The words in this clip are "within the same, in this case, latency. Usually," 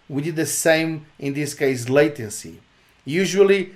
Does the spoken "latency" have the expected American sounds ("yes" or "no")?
yes